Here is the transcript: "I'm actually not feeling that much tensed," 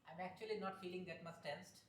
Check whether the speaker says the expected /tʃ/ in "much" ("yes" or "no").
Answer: no